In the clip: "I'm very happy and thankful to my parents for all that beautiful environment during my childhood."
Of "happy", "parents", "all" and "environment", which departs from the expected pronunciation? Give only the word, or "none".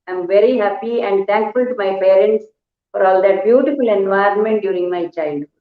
none